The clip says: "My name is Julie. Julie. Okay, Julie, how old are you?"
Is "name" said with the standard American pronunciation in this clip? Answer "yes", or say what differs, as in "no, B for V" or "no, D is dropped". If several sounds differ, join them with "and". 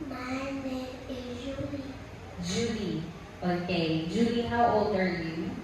no, M is dropped